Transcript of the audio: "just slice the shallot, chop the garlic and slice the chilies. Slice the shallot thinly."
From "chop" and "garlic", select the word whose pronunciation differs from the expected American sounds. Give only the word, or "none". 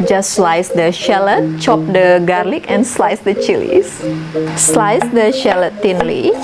none